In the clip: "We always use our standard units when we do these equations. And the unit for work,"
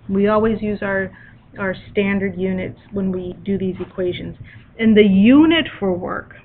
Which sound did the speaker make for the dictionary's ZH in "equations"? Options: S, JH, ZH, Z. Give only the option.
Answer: ZH